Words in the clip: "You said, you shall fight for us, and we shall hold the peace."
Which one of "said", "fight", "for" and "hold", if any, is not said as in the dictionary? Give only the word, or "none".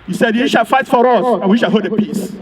hold